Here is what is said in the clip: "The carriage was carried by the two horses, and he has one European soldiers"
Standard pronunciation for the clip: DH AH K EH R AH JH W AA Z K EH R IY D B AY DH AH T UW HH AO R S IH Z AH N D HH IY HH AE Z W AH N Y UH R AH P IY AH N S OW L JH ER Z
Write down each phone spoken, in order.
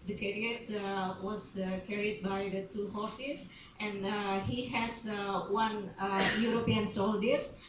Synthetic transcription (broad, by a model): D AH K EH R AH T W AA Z K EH R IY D B AY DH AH T UW HH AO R S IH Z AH N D HH IY HH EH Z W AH N Y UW R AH P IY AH N S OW L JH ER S